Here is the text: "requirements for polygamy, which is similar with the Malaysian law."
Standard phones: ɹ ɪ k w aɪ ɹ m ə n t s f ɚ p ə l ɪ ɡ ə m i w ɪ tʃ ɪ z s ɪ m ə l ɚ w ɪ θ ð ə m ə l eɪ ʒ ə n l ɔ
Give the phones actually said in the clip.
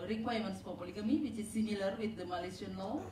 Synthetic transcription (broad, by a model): ɹ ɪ k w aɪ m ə n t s p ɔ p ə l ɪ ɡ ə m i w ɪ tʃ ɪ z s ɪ m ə l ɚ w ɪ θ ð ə m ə l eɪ s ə n l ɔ